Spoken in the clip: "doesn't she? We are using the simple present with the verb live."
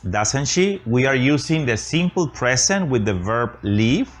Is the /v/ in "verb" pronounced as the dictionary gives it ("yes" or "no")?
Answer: yes